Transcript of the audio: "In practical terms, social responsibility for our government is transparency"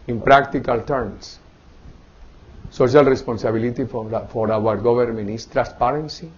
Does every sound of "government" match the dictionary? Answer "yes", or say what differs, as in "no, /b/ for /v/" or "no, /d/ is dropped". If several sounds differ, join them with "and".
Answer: no, /b/ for /v/ and /t/ is dropped